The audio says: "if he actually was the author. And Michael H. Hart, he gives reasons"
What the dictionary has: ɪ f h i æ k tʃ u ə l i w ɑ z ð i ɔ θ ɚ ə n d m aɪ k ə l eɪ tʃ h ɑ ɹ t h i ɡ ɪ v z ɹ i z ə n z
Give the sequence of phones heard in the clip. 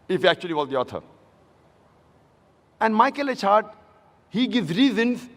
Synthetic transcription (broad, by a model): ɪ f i æ k tʃ u ə l i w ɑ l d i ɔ t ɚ ə n d m aɪ k ə l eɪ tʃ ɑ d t h i ɡ ɪ v z ɹ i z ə n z